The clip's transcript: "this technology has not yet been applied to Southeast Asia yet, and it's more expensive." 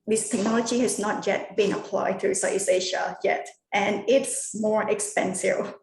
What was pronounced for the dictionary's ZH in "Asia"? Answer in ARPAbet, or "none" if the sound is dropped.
SH